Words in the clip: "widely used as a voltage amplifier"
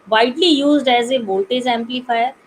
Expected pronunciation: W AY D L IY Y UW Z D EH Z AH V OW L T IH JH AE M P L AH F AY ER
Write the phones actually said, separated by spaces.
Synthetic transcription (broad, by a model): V AY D L IY Y UW Z D EH Z AH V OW L T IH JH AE M P L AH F AY ER